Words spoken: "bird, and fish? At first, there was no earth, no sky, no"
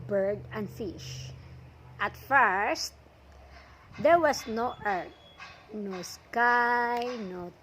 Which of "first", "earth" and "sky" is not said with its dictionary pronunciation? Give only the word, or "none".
earth